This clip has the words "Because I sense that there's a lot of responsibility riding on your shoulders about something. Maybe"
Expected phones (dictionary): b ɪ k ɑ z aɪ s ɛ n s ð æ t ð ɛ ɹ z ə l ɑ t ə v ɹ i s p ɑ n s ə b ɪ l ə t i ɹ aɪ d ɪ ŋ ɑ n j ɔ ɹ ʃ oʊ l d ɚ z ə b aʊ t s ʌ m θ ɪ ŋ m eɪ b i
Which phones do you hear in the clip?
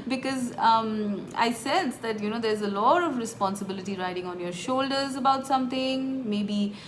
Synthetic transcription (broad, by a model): b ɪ k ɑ z aɪ s ɛ n s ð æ t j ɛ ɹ z ə l ɑ t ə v ɹ i s p ɑ n s ə b ɪ l ə t i ɹ aɪ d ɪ ŋ ɑ n j ɔ ɹ ʃ oʊ l d ɚ z ə b aʊ t s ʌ m t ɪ ŋ m eɪ b i